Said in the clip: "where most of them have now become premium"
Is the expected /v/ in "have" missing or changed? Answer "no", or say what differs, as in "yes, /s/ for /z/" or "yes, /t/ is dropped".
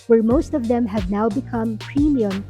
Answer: no